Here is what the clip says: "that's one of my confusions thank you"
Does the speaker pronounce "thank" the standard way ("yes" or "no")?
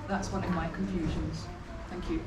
yes